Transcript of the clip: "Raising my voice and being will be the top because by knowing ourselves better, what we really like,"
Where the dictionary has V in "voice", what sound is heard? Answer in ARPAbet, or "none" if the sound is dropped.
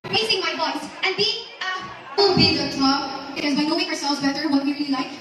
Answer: B